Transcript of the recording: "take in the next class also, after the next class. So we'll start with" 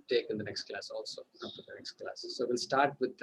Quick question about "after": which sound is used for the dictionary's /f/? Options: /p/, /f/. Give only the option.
/p/